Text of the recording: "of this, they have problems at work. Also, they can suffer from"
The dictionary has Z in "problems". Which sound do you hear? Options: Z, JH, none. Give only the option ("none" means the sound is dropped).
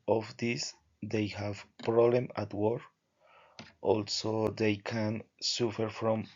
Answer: none